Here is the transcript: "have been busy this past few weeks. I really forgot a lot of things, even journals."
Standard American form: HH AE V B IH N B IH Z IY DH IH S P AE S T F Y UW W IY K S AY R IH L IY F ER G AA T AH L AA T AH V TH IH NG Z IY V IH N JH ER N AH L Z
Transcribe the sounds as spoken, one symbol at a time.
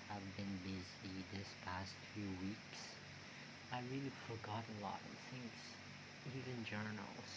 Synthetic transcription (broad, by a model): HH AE V B IH N B IH Z IY DH IH S P AE S T F Y UW W IY K S AY R IH L IY F ER G AA T AH L AA T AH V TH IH NG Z IY V IH N JH ER N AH L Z